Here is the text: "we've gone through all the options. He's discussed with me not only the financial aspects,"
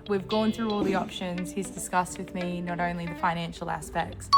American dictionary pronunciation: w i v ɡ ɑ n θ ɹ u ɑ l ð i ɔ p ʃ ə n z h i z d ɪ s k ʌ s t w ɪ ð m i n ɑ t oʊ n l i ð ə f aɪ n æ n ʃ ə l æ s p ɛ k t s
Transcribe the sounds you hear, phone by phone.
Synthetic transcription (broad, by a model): w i v ɡ ɑ n θ ɹ u ɑ l ð i ɔ p ʃ ə n z h i z d ɪ s k ʌ s t w ɪ ð m i n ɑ t oʊ n l i ð ə f aɪ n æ n ʃ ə l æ s p ɛ k t s